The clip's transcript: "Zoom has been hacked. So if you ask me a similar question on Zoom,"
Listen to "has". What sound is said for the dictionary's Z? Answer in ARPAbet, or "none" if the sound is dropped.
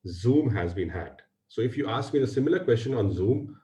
Z